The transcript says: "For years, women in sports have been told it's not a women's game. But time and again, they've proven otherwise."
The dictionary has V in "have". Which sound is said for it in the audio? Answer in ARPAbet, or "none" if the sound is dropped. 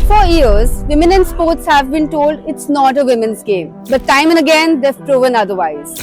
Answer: V